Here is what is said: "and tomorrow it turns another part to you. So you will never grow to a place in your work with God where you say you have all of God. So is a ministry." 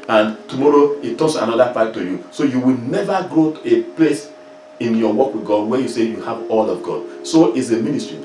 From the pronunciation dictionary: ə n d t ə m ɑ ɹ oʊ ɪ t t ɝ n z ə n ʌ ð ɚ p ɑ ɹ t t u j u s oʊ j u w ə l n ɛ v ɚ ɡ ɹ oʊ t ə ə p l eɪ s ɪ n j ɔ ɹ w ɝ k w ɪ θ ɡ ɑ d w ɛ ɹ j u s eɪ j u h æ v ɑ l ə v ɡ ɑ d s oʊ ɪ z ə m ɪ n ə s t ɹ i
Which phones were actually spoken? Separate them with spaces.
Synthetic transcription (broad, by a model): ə n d t ə m ɑ ɹ oʊ ɪ t t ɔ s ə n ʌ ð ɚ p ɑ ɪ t t u j u s oʊ j u w ə l n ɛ v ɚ ɡ ɹ oʊ t ə p l eɪ s ɪ n j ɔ w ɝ k w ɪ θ ɡ ɑ d w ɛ j u s eɪ j u h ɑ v ɑ l ə v ɡ ɑ d s oʊ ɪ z ə m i n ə s t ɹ i